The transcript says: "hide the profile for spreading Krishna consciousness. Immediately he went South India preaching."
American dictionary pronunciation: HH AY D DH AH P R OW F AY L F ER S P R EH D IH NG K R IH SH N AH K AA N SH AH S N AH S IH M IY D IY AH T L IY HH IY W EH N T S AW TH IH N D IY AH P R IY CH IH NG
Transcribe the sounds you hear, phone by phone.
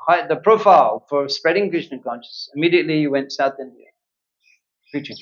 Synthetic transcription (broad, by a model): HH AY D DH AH P R OW F AY L F ER S P R EH D IH NG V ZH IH N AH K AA N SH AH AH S IH M IY D IY AH T L IY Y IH W EH N T S AW TH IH N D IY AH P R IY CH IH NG